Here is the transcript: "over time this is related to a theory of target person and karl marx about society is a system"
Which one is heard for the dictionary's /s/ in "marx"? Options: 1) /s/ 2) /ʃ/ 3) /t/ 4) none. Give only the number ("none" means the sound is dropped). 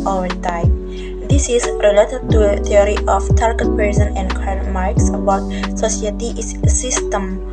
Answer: 1